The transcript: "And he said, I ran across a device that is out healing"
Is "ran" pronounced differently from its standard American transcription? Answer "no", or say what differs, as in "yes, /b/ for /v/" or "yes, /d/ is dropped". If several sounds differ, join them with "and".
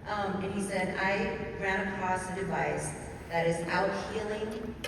yes, /n/ is dropped